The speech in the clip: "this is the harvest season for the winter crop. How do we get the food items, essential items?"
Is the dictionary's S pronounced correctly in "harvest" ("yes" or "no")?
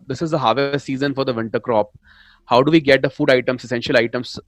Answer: no